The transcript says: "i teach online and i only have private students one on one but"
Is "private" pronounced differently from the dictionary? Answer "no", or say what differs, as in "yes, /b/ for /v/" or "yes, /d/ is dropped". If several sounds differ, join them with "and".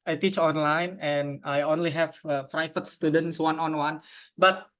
yes, /f/ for /v/